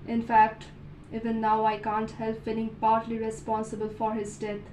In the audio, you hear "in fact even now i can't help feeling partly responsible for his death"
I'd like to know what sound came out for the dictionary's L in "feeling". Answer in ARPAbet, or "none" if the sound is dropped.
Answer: N